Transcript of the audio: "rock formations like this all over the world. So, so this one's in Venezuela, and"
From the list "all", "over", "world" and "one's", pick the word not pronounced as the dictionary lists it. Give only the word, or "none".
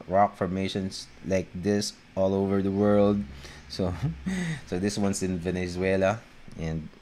one's